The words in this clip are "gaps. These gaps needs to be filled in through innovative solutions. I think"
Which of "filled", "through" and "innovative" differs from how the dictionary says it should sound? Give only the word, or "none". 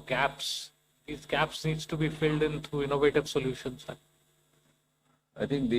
through